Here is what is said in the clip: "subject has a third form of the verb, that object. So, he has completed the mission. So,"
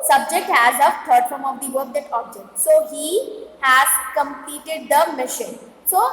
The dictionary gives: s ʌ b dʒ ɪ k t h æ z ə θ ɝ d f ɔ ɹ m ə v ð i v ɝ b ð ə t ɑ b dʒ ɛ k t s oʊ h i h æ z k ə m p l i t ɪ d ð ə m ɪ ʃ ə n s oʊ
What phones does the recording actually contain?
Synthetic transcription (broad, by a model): s ʌ b dʒ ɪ k t h æ z ə t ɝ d f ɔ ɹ m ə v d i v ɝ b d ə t ɑ b dʒ ɛ k t s oʊ h i h æ z k ə m p l i t ɪ d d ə m ɪ ʃ ə n s oʊ